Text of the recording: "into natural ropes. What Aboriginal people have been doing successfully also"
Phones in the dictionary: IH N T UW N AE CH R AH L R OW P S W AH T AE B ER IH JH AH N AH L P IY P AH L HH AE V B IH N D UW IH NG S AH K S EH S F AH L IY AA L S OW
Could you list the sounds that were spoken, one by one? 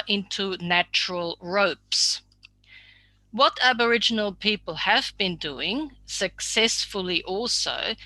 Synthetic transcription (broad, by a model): IH N T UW N AE CH R AH L R OW P S W AH T AE B ER IH JH AH N AH L P IY P AH L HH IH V B IH N D UW IH NG S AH K S EH S F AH L IY AA L S OW